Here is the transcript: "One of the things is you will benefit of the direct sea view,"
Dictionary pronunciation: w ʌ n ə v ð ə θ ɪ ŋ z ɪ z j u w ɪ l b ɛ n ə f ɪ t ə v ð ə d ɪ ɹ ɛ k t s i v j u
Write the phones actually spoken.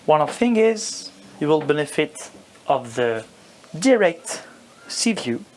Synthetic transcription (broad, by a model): w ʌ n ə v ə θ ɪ ŋ ɪ z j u w ɪ l b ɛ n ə f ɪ t ə v ð ə d ɪ ɹ ɛ k t s i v j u